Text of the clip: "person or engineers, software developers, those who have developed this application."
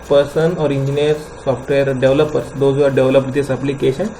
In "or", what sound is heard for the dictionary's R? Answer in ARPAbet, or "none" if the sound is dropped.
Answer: R